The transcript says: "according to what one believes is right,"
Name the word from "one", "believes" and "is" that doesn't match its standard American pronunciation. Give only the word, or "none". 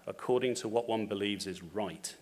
none